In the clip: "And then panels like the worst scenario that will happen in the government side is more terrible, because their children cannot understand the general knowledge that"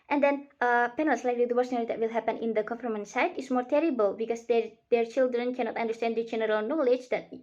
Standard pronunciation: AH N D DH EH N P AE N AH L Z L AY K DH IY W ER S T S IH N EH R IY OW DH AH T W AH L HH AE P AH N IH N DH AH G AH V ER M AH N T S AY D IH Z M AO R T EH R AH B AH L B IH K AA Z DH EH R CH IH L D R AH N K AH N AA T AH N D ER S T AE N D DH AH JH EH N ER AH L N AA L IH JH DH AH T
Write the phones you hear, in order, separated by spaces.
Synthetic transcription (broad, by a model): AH N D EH N P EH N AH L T L AY K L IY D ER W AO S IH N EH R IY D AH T W AH L HH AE P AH N IH N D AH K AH F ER M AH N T S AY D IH S M AO R T EH R AH B AH L B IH K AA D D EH R CH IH L D R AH N K AH N AA T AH N D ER S T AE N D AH JH EH N ER AH L N AA L IH JH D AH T